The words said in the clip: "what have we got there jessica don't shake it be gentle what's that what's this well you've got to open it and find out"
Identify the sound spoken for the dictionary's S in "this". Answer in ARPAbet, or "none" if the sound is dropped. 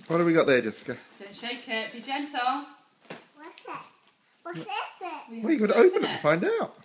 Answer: none